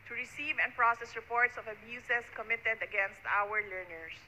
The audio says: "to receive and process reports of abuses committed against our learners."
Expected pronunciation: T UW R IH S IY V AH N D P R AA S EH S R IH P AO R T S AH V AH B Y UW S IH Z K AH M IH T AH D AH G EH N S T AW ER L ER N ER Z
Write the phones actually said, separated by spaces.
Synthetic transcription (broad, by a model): T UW R IH S IY V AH N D P R AA S EH S R IH P AO R T S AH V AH B Y UW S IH S K AH M IH T AH D AH G EH N S T AW ER L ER N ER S